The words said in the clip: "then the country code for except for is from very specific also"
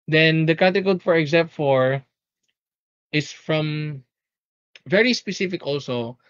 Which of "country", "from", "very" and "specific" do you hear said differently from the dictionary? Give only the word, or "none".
country